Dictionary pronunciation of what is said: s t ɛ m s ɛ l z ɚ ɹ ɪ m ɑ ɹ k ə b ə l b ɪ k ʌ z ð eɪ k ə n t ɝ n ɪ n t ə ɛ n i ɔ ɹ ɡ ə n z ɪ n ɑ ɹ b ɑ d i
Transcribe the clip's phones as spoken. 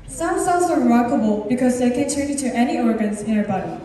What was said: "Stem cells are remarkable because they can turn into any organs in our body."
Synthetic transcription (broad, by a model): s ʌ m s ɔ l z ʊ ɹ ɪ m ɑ k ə b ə l b ɪ k ʌ z ð eɪ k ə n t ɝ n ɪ t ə ɛ n i ɔ ɹ ɡ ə n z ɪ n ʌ ɹ b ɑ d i